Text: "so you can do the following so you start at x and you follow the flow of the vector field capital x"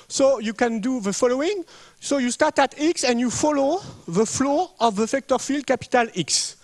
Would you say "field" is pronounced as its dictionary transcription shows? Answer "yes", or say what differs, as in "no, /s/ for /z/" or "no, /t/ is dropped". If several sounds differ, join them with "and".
yes